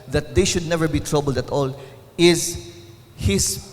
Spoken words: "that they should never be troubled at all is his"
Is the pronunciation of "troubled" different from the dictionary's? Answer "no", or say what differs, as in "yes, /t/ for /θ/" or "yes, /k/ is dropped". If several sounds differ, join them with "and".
no